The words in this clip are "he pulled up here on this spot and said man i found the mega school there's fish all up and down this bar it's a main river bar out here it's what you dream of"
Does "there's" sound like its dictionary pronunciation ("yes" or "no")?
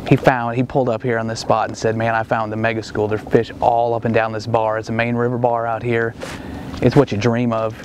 no